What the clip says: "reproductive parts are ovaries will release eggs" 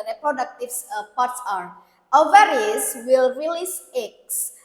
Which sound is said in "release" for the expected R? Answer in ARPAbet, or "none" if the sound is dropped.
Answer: R